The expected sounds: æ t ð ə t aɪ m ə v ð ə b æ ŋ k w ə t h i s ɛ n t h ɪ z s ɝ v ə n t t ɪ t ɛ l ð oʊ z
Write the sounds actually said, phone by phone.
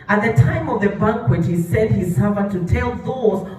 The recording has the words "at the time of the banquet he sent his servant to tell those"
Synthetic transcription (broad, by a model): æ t ð ə t aɪ m ə v ð ə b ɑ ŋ k w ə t h i s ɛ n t h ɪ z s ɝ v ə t t ɪ t ɛ l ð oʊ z